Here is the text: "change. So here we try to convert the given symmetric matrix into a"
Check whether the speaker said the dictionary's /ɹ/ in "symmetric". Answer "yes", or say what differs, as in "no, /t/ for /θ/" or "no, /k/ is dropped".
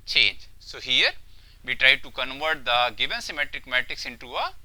yes